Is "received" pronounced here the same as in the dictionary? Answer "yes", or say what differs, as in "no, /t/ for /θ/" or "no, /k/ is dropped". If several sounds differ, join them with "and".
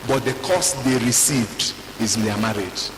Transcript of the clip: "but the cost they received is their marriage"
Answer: yes